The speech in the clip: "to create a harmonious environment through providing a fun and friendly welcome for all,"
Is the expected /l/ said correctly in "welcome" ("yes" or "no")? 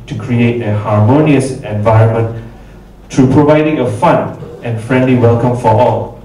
yes